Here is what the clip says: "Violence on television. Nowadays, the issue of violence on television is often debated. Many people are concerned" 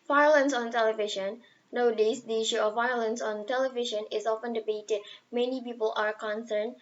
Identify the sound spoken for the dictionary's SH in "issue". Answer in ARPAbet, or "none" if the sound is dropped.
SH